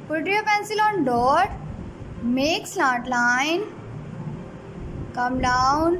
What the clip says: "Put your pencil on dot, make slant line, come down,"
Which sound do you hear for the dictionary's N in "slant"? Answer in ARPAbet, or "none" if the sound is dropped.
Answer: none